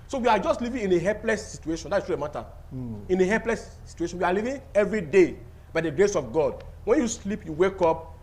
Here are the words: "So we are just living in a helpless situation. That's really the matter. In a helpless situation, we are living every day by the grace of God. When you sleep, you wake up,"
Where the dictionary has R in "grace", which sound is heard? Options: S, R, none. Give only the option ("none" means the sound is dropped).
R